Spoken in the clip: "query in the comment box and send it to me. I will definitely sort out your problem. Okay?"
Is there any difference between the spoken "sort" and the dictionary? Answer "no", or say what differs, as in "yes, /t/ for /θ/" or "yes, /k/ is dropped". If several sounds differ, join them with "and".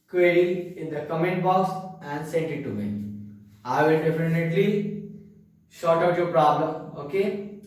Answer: yes, /ʃ/ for /s/